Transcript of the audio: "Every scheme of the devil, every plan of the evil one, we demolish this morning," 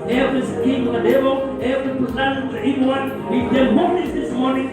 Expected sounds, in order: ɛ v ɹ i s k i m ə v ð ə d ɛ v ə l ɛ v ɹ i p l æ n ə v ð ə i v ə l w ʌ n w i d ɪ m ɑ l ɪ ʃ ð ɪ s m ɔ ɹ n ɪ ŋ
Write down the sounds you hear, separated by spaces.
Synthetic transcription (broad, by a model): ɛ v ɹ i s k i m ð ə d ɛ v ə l ɛ v ɹ i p u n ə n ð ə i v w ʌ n w i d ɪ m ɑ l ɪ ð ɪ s m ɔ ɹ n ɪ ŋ